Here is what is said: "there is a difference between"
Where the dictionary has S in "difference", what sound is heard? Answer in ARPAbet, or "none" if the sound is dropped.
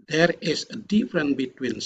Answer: none